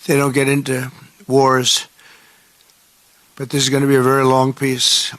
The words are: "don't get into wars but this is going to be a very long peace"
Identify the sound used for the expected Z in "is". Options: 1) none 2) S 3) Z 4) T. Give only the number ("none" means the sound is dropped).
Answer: 3